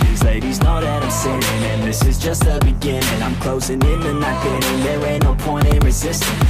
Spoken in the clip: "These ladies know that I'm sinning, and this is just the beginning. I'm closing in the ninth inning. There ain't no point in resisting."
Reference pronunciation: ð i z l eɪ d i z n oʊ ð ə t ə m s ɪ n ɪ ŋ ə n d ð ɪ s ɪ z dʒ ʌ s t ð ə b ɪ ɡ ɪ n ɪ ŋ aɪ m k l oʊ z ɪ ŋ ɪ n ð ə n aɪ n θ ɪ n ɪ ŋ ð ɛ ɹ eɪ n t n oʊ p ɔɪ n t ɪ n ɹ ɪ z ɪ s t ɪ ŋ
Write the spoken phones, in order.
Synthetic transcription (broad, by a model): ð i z l eɪ d i z n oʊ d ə t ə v s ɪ ɪ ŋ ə n ð ɪ s ɪ z dʒ ʌ s t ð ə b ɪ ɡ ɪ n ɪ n aɪ m k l oʊ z ɪ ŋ ɪ n ð ə n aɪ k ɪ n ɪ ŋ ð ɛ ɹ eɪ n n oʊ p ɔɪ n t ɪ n ɹ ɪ z ɪ s t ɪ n